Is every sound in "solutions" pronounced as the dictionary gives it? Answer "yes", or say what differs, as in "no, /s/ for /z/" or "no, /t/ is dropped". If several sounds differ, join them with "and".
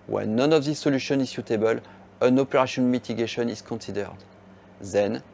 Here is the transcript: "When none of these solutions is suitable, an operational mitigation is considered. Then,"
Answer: no, /z/ is dropped